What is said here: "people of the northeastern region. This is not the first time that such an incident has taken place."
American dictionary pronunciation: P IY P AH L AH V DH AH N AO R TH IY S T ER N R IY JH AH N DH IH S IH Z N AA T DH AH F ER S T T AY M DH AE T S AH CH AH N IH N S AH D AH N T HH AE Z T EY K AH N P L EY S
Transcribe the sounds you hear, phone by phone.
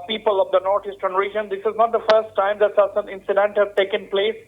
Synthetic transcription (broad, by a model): P IY P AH L AH V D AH N AO R T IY S T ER N R IY JH AH N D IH S IH Z N AA T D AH F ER S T T AY M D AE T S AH S AH N IH N S AH D AH N T HH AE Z T EY K AH N P L EY S